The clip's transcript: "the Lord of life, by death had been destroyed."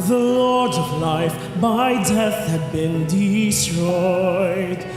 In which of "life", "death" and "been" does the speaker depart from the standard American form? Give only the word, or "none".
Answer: none